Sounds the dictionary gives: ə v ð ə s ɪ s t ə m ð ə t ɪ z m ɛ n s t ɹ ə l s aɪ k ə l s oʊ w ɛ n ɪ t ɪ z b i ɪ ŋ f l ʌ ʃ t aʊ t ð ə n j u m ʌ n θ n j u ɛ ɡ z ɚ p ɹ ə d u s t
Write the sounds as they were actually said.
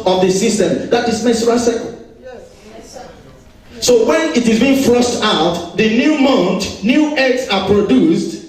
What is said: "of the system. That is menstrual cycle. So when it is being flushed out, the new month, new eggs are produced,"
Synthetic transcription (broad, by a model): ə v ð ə s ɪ s t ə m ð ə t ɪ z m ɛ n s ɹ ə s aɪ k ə s oʊ w ɛ n ɪ t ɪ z b i ɪ ŋ f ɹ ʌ s t aʊ t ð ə n j u m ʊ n t n j u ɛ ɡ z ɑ p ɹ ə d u s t